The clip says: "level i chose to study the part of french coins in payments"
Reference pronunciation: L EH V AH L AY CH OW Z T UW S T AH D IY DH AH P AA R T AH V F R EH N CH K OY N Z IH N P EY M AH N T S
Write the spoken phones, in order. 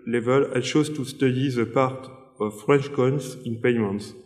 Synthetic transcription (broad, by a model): L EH V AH L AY SH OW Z T UW S T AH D IY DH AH P AA R T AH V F R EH N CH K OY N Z IH N P EY M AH N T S